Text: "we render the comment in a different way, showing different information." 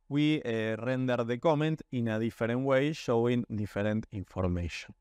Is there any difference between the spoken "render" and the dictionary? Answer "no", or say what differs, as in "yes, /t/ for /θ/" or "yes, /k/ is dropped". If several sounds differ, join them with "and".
no